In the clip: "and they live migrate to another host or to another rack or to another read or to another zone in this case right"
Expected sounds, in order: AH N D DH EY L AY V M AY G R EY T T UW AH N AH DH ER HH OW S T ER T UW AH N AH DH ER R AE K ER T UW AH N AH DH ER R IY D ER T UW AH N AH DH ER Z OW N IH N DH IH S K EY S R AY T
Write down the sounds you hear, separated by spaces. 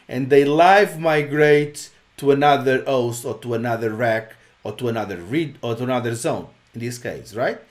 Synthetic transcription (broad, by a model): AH N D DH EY L AY V M AY G R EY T T UW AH N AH DH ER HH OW S T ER T UW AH N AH DH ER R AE K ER T UW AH N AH DH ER R IY D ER T UW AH N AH DH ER Z OW N IH N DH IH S K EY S R AY T